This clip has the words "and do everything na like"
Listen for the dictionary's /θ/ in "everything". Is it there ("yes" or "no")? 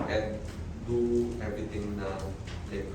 no